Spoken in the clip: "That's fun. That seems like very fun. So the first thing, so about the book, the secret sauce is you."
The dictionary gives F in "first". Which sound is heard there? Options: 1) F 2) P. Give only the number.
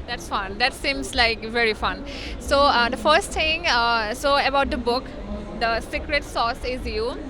1